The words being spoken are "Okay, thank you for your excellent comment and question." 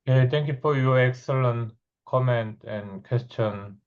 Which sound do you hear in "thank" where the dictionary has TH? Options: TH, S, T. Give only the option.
T